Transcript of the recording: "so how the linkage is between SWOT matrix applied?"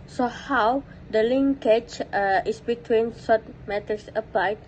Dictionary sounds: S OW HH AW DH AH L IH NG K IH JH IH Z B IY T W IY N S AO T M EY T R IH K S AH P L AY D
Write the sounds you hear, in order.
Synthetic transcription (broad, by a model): S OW HH AW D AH L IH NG K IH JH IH S B IY T W IY N S AO T M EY T IH S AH P L AY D